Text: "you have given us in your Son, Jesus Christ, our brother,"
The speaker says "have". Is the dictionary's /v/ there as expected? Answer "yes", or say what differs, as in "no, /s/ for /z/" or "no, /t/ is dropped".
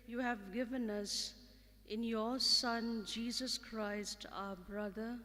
yes